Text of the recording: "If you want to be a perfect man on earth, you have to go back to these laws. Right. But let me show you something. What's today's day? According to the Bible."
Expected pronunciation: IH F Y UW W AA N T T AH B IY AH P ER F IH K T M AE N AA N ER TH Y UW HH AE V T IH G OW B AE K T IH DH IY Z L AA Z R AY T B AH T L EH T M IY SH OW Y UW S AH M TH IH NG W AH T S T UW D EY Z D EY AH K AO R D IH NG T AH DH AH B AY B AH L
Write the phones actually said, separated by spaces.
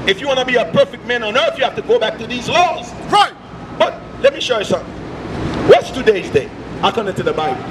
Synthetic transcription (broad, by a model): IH F Y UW W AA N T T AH B IY AH P ER F IH K T M AE N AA N ER TH Y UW HH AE F T IH G OW B AE K T IH DH IY Z L AA Z R AY T B AH T L EH T M IY SH OW Y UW S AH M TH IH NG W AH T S T UW D EY Z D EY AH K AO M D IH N T AH DH AH B AY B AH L